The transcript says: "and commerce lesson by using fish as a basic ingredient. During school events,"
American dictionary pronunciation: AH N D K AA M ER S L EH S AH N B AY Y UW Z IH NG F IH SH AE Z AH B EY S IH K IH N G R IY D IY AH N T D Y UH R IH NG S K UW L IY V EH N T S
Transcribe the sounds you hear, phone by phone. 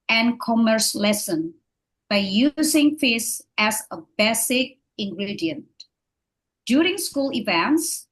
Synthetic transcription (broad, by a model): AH N K AA M ER S L EH S AH N B AY Y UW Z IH NG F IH S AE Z AH B EY S IH K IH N G R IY D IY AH N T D Y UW R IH NG S K UW L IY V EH N T S